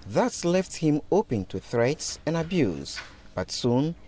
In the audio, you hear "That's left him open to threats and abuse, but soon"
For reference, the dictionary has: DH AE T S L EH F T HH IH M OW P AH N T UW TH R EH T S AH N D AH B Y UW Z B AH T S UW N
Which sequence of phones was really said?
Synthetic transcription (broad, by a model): DH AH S L EH F T HH IH M OW P AH N T UW TH R EH T S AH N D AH B Y UW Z B AH T S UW N